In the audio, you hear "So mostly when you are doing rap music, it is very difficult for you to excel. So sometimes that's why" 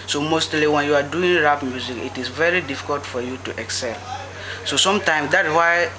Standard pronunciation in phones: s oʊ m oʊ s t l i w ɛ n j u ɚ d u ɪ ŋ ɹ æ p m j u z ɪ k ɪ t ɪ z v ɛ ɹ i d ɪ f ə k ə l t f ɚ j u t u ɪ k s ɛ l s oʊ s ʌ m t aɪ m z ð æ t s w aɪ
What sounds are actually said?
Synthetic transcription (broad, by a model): s oʊ m oʊ s t l i w ɛ n j u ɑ d u ɪ ŋ ɹ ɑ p m j u z ɪ k ɪ t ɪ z v ɛ ɹ i d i f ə k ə l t f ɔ j u t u ɪ k s ɛ l s oʊ s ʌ m t aɪ m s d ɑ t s w aɪ